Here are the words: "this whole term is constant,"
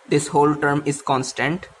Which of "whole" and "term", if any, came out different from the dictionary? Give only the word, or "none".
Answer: none